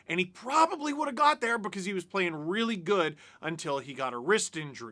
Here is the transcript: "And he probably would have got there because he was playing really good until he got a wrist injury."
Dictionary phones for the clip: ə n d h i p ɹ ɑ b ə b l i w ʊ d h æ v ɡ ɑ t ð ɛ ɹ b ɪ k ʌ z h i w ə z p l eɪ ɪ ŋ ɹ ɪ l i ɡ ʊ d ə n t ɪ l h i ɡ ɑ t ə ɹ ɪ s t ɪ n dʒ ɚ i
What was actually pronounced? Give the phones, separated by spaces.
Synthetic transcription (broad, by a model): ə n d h i p ɹ ɑ b ə b l i w ʊ d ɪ v ɡ ɑ t ð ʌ ɹ b ɪ k ʌ z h i w ə z p l eɪ ɪ ŋ ɹ ɪ l i ɡ ʊ d ə n t ɪ l i ɡ ɑ t ə ɹ ɪ s t ɪ n dʒ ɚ i